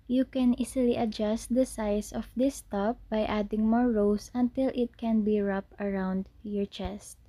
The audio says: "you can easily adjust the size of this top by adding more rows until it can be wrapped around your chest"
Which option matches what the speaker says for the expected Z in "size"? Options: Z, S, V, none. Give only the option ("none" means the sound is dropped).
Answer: S